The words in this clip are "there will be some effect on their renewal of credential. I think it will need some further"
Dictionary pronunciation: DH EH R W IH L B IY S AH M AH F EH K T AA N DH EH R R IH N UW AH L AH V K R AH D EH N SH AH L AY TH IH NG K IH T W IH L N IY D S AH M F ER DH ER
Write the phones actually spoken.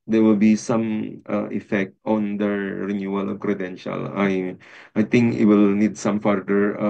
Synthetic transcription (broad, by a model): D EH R W IH L B IY S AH M AH F EH K T AA N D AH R R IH N UW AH L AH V K R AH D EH N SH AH L AY T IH NG K IH T W IH L N IY D S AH M F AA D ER